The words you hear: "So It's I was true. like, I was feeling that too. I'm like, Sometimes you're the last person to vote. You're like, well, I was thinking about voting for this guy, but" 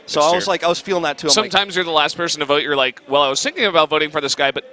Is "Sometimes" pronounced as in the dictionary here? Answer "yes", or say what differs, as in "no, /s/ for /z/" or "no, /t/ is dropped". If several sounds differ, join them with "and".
yes